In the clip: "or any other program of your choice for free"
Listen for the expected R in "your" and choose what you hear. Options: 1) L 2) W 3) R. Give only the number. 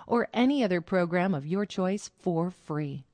3